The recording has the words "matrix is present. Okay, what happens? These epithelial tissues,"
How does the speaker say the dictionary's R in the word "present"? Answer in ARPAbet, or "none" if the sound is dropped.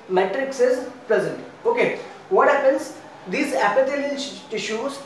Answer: L